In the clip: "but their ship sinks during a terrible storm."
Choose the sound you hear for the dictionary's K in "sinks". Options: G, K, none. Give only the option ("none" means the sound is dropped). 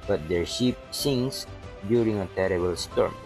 none